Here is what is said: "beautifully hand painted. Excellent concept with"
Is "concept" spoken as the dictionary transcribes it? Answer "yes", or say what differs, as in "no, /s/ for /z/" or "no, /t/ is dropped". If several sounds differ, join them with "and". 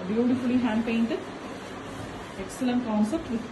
yes